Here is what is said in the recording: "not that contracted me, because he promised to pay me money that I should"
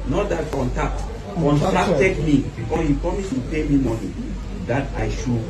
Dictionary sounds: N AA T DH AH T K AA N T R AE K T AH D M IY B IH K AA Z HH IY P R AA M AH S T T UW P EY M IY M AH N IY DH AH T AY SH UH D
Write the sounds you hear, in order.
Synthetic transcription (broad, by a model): N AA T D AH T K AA N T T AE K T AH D M IY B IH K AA HH IY P R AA M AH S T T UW P EY M IY M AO N IY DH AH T AY SH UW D